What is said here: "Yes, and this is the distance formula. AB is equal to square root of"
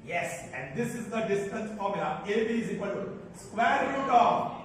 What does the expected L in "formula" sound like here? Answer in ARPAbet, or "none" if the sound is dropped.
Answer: none